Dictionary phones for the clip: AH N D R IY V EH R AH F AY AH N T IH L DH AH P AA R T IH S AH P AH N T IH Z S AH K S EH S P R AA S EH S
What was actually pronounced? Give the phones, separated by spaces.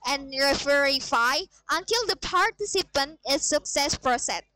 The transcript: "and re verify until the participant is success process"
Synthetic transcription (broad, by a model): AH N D R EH F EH R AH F AY AH N T IH L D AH P AA R T IH S AH P AH N T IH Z S AH K S EH S P R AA S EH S